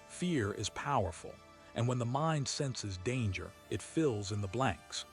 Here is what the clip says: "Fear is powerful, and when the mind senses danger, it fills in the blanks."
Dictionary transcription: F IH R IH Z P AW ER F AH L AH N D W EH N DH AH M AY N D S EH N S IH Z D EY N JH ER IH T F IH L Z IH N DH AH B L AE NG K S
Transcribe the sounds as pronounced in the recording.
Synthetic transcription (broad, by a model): F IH R IH Z P AW ER F L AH N W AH N DH AH M AY N D S EH N S IH Z D EY N JH ER IH T F IH L Z IH N DH AH B L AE NG K S